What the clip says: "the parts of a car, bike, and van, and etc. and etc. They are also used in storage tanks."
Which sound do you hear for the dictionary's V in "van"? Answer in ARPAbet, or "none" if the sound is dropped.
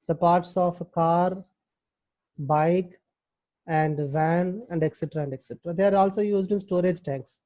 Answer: V